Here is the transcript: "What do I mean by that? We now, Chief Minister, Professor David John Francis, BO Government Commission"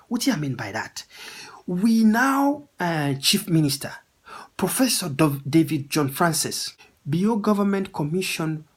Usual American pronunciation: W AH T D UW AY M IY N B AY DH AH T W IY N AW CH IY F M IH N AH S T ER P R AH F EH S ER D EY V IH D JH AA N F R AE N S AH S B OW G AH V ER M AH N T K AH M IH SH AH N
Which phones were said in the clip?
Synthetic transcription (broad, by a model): W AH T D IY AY M IY N B AY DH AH T W IY N AW CH IY F M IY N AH S T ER P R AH F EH S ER D EY V IH D JH AA N F R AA N S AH S B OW G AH V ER M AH N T K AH M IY SH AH N